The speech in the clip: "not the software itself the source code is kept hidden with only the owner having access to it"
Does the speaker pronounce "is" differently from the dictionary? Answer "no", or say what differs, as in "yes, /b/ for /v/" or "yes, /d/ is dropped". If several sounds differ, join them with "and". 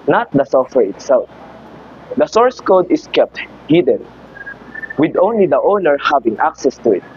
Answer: yes, /s/ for /z/